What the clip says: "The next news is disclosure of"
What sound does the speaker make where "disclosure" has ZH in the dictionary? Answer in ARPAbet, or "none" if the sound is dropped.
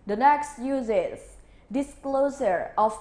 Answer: S